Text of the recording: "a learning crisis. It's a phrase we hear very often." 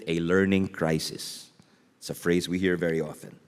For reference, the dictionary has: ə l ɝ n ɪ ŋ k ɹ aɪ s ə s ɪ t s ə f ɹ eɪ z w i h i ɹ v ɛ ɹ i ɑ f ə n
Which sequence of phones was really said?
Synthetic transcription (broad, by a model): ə l ɝ n ɪ ŋ k ɹ aɪ s ə s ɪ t s ə f ɹ eɪ z w i h i ɹ v ɛ ɹ i ɑ f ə n